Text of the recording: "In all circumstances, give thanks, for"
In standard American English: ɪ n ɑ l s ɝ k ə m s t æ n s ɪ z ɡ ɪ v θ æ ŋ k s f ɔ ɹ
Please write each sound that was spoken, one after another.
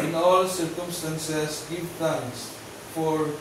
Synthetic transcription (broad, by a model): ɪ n ɑ l s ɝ k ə m s t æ n s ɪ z ɡ ɪ v t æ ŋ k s f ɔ ɹ